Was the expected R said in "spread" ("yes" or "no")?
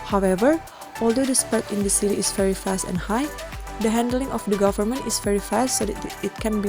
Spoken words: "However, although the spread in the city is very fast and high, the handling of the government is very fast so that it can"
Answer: no